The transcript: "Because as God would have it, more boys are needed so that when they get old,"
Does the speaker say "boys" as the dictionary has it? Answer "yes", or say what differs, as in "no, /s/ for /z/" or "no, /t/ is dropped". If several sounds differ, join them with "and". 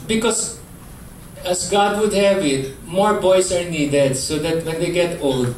no, /s/ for /z/